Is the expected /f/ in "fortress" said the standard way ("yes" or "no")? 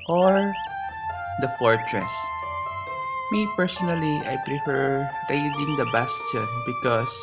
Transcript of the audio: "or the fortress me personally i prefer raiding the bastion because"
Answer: yes